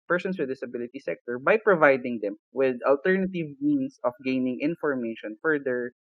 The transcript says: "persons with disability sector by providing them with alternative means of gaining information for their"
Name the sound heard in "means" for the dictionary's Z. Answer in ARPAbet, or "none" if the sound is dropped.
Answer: S